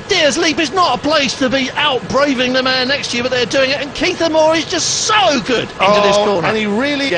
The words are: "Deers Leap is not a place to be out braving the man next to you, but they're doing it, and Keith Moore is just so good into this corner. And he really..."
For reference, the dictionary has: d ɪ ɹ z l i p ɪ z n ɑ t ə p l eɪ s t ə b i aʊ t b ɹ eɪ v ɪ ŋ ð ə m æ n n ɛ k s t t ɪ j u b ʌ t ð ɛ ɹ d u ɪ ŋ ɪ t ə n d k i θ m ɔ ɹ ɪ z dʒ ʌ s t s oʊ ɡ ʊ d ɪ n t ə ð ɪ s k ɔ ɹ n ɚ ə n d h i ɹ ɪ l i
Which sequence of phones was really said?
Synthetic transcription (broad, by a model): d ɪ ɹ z l i p ɪ z n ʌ t ə p l eɪ s t ə b i aʊ t b ɹ eɪ v ɪ ŋ ð ə m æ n n ɛ k s t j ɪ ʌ b ʌ t ð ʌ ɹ d u ɪ ŋ ɪ t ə n k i θ m ɔ ɹ ɪ z dʒ ʌ s t s oʊ ɡ ʊ d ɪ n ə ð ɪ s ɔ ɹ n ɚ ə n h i ɹ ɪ l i